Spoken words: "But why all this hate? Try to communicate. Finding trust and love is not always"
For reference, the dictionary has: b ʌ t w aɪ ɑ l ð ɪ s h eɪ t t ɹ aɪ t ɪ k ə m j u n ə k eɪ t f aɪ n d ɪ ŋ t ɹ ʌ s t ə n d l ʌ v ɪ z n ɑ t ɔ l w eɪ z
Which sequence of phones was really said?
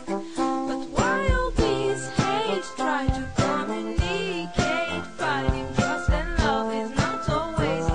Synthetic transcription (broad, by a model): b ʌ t w aɪ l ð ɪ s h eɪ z t ɹ aɪ t ɪ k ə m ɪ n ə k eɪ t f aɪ d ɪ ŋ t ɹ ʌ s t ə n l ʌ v ɪ z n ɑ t ɔ l w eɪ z